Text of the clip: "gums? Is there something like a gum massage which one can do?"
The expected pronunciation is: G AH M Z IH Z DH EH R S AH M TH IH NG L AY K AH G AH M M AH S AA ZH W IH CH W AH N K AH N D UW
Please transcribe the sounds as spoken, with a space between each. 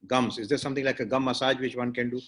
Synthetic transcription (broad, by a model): G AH M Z IH Z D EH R S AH M T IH NG L AY K AH G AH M M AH S AA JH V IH CH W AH N K AH N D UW